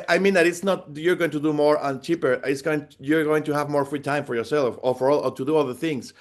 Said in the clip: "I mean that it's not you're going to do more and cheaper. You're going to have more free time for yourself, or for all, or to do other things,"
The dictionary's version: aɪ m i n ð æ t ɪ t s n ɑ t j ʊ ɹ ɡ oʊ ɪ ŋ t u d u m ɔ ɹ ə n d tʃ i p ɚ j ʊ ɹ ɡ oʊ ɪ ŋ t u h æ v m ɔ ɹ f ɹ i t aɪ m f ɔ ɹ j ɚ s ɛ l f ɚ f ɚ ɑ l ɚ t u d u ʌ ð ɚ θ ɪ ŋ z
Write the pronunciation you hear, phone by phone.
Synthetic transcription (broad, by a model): aɪ m i n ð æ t ɪ t s n ɑ t j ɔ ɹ ɡ oʊ ɪ ŋ t u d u m ɔ ɹ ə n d tʃ i p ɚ j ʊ ɹ ɡ oʊ ɪ ŋ t u h æ v m ɔ ɹ f ɹ i t aɪ m f ɔ ɹ j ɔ s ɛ l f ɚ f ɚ ɑ l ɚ t u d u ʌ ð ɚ θ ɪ ŋ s